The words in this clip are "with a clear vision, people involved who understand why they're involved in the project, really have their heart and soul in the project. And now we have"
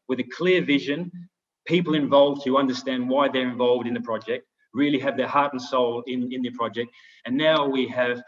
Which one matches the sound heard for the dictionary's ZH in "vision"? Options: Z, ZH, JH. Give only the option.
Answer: ZH